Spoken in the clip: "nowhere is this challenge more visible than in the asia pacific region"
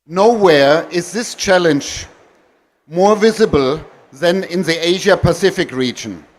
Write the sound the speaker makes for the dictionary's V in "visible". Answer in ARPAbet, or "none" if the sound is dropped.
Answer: V